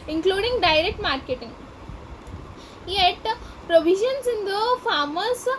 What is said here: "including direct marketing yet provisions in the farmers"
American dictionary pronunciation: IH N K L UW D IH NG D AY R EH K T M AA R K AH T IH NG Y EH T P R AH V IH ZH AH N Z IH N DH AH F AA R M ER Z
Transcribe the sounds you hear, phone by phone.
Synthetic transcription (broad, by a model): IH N K L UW D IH NG D AY R EH K T M AA R K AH T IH NG Y EH T P R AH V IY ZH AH N S IH N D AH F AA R M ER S